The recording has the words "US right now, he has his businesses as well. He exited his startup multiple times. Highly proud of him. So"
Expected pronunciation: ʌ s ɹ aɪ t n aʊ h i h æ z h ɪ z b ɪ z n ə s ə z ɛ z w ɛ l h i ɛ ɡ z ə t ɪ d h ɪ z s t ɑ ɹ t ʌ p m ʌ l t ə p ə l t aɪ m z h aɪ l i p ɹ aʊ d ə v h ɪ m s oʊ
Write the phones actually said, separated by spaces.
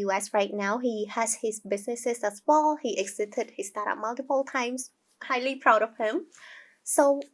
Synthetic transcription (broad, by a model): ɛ s ɹ aɪ t n aʊ h i h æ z h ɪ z b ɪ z n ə s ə s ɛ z w ɛ l h i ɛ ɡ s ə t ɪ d h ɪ s t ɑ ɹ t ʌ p m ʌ l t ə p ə l t aɪ m s h aɪ l i p ɹ aʊ d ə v h ɪ m s oʊ